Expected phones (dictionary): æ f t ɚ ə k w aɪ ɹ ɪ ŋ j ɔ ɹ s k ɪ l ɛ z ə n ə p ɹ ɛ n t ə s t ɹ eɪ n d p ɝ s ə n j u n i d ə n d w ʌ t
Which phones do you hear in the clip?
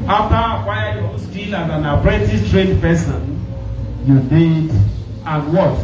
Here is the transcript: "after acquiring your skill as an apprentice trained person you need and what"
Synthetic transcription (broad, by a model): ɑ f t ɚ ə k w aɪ ɪ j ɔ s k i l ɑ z ə n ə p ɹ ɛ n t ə t ɹ eɪ n d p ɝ s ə n j u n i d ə n w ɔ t